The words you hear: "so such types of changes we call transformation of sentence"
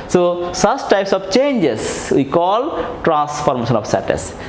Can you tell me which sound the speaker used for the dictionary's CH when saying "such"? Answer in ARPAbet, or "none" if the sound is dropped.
S